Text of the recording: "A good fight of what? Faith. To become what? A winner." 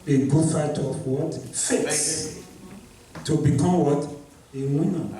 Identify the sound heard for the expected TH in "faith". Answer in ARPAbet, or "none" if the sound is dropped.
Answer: S